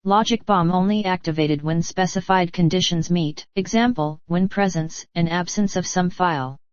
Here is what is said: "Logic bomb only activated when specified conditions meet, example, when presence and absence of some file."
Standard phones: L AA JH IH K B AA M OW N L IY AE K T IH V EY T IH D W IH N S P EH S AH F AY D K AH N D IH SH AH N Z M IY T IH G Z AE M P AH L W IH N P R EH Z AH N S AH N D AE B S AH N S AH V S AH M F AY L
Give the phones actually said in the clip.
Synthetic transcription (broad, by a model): L AA JH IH K B AA M OW N L IY AE K T IH V EY T IH D W IH N S P EH S AH F AY D K AH N D IH SH AH N Z M IY T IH G Z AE M P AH L W IH N P R EH Z AH N S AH N AE B S AH N S AH V S AH M F AY L